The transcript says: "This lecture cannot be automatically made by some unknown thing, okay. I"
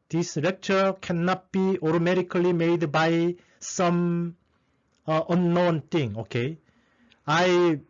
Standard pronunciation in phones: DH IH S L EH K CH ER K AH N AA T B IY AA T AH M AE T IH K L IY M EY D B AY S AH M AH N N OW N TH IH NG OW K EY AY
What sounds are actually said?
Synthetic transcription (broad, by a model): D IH S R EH K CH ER K AH N AA T B IY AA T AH M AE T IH K L IY M EY D B AY S AH M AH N N OW N T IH NG OW K EY AY